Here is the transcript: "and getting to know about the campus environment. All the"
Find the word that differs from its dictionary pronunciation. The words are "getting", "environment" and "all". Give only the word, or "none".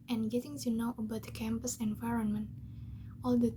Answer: none